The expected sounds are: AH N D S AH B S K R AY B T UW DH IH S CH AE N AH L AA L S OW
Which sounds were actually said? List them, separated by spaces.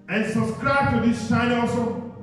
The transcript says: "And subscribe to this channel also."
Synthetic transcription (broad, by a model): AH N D S AH B S K R AY B T UW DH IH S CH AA AH N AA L S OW